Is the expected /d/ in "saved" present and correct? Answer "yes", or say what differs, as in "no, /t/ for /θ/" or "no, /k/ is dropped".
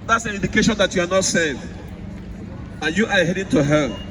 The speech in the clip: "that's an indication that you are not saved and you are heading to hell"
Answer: no, /d/ is dropped